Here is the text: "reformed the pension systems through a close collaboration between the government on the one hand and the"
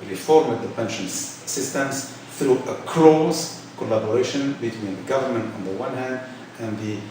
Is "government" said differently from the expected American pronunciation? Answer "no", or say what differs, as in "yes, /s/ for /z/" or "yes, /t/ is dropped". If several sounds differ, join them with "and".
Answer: no